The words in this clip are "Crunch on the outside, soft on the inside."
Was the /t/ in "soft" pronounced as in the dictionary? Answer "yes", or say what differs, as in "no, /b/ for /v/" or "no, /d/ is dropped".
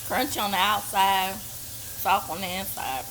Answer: no, /t/ is dropped